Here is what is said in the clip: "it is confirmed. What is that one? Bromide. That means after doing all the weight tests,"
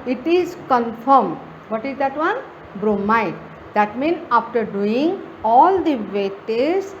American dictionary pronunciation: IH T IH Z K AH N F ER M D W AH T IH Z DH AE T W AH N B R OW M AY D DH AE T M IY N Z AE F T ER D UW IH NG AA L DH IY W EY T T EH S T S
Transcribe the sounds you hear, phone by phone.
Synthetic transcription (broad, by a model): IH T IH Z K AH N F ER M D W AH T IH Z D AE T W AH N B R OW M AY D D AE T M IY N AA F T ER D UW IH NG AA L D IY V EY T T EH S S